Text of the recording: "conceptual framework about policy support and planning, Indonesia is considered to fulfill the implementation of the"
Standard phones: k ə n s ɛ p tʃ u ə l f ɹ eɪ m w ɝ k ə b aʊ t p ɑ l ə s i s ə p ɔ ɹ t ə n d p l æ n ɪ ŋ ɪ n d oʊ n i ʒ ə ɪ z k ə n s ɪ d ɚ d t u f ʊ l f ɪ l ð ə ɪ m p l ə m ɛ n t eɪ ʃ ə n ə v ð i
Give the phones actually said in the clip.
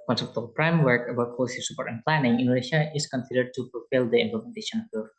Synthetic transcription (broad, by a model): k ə n s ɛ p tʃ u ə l p ɹ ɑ m w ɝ k ə b aʊ t p ɑ l ə s i s ə p ɔ ɹ t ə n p l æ n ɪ ŋ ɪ n d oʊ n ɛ ʃ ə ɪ s k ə n s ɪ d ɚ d t u f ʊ l f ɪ l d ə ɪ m p l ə m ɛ n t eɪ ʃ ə n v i